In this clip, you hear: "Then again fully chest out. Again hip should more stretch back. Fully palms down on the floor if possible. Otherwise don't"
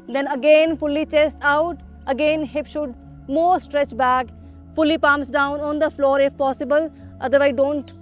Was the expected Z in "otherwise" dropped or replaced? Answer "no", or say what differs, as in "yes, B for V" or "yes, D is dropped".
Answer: yes, Z is dropped